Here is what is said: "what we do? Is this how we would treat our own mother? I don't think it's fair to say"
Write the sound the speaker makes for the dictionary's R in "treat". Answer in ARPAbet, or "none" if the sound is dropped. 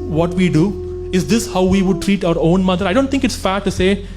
R